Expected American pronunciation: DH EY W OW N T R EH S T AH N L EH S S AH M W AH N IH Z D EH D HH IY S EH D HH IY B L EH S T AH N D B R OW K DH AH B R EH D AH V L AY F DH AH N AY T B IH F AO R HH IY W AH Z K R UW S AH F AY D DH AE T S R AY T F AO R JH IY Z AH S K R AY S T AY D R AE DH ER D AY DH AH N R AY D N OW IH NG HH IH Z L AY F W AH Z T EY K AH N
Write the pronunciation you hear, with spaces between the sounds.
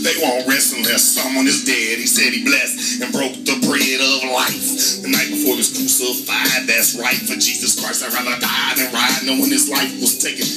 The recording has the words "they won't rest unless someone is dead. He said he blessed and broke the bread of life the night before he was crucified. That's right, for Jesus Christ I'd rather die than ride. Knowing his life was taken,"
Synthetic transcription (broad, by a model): DH EY W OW N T R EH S AH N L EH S S AH M W AH N IH Z D EH D HH IY S EH D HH IY B L EH S T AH N B R OW K DH AH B R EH D AH V L AY F DH AH N AY T B IH F AO R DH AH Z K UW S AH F AY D DH AE T S R AY T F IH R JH IY Z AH S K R AY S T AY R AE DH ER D AY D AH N R AY N OW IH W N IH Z L AY F W AH Z T EY K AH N